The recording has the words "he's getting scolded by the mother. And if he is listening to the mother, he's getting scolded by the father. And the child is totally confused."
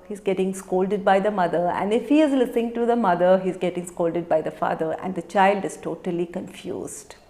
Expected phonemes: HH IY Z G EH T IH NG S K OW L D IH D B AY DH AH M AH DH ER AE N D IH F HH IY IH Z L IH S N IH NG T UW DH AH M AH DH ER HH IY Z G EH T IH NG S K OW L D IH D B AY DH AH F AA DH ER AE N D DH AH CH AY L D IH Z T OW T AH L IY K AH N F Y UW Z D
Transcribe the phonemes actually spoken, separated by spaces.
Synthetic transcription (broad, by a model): HH IY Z G EH T IH NG S K OW L D IH D B AY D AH M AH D ER AE N D IH F HH IY IH Z L IH S IH NG T UW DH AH M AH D ER HH IY Z G EH T IH NG S K OW L D IH D B AY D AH F AA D ER AE N D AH CH AY L D IH Z T OW T AH L IY K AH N F Y UW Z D